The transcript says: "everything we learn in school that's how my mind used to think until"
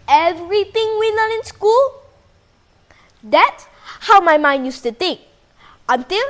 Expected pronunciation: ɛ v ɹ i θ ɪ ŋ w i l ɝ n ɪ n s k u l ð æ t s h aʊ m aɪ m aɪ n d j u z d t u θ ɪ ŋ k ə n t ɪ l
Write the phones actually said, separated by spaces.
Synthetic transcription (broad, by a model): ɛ v ɹ i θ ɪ ŋ w i l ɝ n ɪ n s k u l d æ t s h aʊ m aɪ m aɪ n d j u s t u t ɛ k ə n t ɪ l